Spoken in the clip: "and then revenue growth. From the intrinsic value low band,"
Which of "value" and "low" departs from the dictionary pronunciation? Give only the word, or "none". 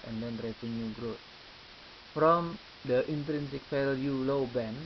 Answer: value